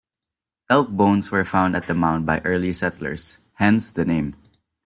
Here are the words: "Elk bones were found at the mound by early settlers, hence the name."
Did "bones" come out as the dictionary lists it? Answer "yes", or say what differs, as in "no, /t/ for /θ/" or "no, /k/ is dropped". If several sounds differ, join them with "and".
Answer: no, /s/ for /z/